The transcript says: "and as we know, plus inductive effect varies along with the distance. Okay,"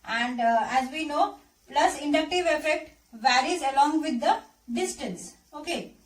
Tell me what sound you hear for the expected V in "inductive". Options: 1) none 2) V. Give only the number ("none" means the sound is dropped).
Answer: 2